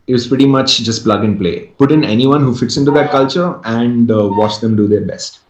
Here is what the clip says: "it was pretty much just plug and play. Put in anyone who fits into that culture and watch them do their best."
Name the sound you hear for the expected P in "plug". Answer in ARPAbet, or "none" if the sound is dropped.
P